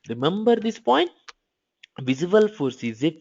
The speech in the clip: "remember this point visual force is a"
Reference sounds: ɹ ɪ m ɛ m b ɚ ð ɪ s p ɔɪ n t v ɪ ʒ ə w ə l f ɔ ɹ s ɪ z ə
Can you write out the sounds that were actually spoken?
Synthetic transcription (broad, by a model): ɹ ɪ m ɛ m b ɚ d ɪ s p ɔɪ n t v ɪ z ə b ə l f ɔ ɹ s ɪ z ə